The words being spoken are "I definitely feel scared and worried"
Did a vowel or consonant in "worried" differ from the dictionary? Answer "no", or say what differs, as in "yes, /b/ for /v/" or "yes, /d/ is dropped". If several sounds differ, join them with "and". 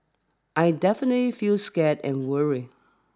yes, /d/ is dropped